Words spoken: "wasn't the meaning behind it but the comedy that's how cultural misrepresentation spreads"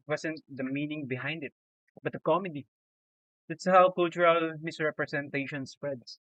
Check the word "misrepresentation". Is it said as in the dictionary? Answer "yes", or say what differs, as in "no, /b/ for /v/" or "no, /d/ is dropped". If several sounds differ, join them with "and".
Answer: no, /s/ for /z/